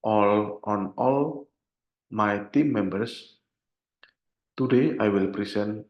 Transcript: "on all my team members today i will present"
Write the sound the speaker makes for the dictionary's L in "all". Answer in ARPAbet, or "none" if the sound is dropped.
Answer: L